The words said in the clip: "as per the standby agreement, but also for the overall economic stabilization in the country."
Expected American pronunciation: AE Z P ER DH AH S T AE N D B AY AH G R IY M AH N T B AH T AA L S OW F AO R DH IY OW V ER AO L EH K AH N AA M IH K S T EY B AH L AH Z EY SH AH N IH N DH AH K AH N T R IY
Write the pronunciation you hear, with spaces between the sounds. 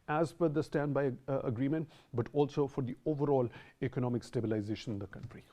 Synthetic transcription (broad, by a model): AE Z F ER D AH S T AE N D B AY AH G R IY M AH N T B AH T AA L S OW F AO R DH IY OW V ER AO L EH K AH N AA M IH K S T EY B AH L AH Z EY SH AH N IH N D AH K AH N T R IY